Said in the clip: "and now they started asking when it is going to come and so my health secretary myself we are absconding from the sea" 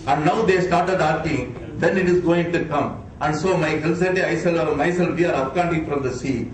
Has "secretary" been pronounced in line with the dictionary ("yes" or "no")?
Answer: no